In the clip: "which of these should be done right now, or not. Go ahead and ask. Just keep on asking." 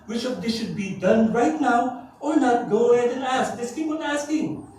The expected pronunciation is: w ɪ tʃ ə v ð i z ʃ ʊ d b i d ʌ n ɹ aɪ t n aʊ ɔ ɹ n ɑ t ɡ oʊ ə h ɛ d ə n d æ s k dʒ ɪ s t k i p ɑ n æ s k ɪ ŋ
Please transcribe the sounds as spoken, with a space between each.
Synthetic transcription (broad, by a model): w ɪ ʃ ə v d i ʃ ʊ d b i d ʌ n ɹ aɪ t n aʊ ɔ ɹ n ɑ t ɡ oʊ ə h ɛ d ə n æ s k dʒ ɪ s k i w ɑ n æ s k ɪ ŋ